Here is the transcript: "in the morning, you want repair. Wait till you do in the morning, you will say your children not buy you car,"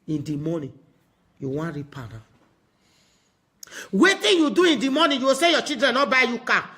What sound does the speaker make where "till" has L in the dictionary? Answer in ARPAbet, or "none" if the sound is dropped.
N